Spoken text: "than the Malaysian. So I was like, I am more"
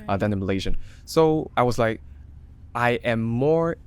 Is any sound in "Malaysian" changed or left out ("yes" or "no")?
no